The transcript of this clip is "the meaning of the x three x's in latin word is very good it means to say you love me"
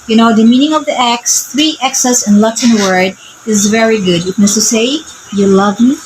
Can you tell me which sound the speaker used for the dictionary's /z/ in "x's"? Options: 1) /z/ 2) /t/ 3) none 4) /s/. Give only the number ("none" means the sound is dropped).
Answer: 4